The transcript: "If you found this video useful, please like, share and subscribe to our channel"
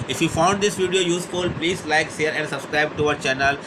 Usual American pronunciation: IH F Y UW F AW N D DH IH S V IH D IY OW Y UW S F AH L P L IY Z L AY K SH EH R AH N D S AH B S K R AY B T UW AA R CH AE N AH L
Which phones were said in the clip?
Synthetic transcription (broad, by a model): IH F Y UW F AW N D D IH S V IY D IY OW Y UW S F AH L P L IY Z L AY K S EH R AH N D S AH B S K R AY B T UW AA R CH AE N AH L